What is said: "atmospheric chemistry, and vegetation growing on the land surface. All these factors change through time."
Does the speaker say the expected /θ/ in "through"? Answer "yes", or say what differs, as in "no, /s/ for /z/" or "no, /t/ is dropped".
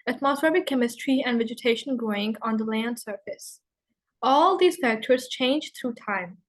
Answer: no, /t/ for /θ/